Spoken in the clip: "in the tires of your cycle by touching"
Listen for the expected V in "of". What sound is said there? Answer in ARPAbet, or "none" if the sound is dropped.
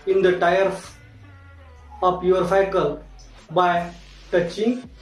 P